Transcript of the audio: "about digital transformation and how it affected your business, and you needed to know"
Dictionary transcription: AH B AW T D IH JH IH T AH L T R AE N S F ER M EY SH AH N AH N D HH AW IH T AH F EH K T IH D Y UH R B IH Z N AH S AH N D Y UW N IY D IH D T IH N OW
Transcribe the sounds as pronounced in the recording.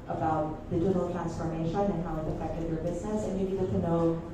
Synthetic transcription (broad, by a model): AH B AW T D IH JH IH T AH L T R AE N S F ER M EY SH AH N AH N HH AW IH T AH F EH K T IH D Y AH R B IH Z N AH S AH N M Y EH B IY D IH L T IH N OW